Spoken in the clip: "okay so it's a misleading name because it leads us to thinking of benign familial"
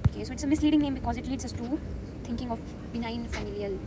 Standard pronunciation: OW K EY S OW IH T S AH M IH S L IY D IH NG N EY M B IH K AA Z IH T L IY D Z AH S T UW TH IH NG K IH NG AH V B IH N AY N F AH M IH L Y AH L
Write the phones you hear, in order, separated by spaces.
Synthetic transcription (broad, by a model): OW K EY S OW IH T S AH M IH S L IY D IH NG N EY M B IH K AA Z IH T L IY D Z AH S T UW T IH NG K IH NG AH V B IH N AY N F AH M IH L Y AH L